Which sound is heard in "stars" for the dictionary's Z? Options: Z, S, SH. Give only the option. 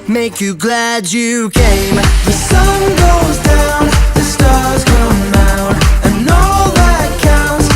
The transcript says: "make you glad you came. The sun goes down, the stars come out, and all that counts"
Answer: Z